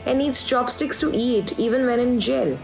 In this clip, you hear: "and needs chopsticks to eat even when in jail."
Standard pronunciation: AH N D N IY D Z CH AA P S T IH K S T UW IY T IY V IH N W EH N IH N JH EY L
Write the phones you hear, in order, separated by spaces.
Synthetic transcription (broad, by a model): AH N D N IY D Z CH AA B S T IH K S T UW IY T IY V IH N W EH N IH N JH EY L